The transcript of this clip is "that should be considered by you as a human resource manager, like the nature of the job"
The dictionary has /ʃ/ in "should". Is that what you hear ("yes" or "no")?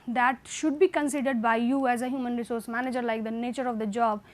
yes